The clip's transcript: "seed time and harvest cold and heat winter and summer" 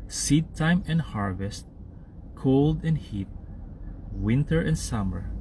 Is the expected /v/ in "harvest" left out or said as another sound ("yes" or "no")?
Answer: no